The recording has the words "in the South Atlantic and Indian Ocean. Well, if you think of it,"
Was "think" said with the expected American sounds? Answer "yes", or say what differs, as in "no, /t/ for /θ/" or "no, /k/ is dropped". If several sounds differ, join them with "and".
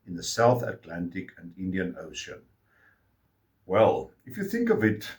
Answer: yes